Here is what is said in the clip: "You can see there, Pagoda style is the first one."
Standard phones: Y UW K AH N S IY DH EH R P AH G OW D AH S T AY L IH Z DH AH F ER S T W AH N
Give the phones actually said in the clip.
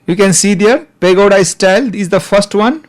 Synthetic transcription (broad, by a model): Y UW K AH N S IY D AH R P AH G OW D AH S T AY L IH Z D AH F ER S T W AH N